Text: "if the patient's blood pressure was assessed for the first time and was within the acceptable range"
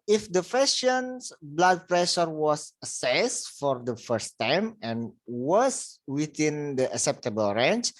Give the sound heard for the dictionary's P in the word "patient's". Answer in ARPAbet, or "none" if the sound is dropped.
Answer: F